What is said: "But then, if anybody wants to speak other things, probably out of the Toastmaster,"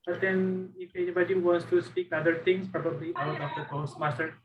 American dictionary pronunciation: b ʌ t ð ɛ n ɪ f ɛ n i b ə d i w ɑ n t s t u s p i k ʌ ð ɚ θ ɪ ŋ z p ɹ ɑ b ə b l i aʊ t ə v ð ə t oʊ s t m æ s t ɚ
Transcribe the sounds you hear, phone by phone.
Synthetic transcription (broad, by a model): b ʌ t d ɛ n ɪ f ɛ n i b ə d i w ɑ n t s t u s p i k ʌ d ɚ t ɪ ŋ s p ɹ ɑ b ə b l i aʊ t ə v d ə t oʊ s m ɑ s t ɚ